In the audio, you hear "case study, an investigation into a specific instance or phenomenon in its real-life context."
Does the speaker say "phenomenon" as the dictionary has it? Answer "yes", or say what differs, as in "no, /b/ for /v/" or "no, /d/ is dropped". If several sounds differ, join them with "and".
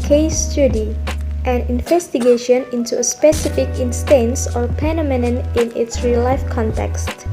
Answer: no, /p/ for /f/